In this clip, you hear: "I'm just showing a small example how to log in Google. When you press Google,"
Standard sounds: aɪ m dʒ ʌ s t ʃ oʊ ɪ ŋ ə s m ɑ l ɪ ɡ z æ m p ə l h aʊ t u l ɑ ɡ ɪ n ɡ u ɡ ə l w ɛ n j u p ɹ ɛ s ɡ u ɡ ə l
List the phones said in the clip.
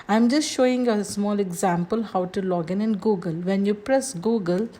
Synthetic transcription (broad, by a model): aɪ m dʒ ʌ s t ʃ oʊ ɪ ŋ ə s m ɑ l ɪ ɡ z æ m p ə l h aʊ t u l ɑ ɡ ɪ n ɡ u ɡ ə l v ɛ n j u p ɹ ɛ s ɡ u ɡ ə l